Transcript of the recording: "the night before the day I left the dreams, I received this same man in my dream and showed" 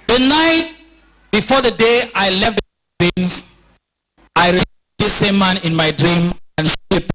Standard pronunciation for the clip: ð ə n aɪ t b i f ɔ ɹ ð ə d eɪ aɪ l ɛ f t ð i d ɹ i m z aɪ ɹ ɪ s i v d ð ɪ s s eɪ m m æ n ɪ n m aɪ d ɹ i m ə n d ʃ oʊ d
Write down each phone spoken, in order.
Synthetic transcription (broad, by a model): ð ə n aɪ t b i f ɔ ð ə d eɪ aɪ l ɛ f t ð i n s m aɪ ɹ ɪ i d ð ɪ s s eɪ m m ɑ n ɪ n m aɪ d ɹ i m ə n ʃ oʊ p